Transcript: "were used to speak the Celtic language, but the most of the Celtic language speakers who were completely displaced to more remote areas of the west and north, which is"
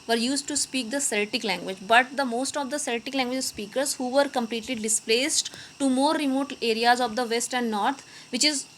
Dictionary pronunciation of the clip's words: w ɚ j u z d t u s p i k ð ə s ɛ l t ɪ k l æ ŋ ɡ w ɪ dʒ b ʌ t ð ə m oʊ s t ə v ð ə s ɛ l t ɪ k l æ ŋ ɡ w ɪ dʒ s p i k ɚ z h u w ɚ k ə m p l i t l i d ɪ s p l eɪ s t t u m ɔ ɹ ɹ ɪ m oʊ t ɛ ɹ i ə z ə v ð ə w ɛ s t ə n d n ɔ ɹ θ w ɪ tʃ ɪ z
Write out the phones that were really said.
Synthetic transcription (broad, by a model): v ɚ j u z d t u s p i k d ə s ɛ l t ɪ k l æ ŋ ɡ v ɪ dʒ b ʌ t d ə m oʊ s t ə v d ə s ɛ l t ɪ k l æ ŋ ɡ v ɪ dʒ s p i k ɚ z h u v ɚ k ə m p l i t l i d ɪ s p l eɪ s t t u m ɔ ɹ ɹ ɪ m oʊ t ɛ ɹ i ə z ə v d ə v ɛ s t ə n d n ɔ ɹ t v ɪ tʃ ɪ z